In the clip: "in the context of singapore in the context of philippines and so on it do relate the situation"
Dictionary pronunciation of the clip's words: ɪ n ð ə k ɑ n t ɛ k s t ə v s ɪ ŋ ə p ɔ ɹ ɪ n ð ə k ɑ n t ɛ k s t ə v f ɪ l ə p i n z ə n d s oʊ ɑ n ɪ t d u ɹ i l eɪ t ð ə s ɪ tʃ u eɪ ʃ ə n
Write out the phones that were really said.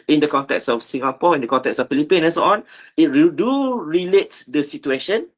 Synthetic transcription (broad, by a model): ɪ n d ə k ɑ n t ɛ k s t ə f s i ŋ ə p ɔ ɪ n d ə k ɑ n t ɛ k s ə f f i l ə p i n ə n s oʊ ɑ n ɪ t d u ɹ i l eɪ t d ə s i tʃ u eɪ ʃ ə n